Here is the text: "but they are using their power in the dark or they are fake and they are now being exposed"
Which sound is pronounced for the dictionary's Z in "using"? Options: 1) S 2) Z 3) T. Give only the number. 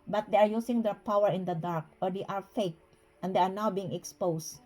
1